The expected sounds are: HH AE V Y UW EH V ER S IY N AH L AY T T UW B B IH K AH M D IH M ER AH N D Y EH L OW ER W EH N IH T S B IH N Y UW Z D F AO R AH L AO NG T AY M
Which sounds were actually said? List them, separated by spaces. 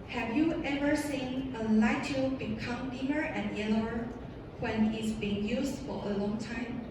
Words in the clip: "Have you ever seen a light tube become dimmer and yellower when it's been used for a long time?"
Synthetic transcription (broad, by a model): HH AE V Y UW EH V ER S IY N AH L AY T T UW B B IH K AH M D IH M ER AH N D Y EH L OW ER W EH N IH T S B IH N Y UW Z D F AO R AH L AO NG T AY M